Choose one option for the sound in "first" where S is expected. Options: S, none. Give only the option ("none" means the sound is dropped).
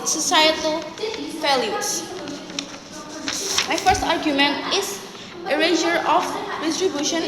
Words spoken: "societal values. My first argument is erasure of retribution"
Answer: S